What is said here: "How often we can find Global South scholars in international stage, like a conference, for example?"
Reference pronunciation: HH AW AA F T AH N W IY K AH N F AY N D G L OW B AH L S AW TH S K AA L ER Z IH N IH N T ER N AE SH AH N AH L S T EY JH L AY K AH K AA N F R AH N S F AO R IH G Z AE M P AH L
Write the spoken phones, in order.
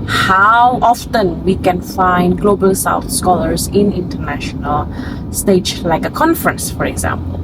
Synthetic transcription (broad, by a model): HH AW AA F T AH N W IY K AH N F AY N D G L OW B AH L S AW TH S K AA L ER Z IH N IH N T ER N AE SH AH N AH L S T EY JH L AY K AH K AA N F R AH N S F AO R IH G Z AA M P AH L